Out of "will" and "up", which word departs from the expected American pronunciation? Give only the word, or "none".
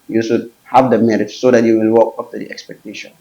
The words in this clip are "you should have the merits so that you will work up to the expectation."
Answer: up